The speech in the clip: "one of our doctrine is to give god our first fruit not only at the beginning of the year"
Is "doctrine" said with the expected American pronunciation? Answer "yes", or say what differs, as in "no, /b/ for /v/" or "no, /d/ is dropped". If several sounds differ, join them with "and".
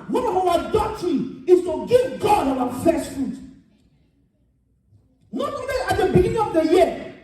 no, /k/ is dropped and /ɹ/ is dropped and /n/ is dropped